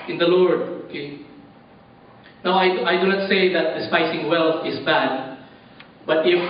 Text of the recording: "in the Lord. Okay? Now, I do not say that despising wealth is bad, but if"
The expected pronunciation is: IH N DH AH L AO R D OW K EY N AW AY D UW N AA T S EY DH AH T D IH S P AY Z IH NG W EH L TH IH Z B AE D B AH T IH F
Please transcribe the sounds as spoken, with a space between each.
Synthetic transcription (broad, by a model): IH N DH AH L AO R D OW K EY N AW AY D UW N AA T S EY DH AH T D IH S P AY S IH NG W EH L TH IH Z B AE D B AH T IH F